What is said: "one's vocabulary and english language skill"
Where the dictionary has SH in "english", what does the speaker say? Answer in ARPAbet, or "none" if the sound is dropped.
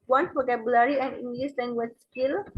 S